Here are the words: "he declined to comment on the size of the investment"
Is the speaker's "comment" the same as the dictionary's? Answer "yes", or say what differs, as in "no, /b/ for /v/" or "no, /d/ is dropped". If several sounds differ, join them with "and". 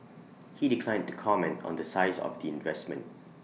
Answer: yes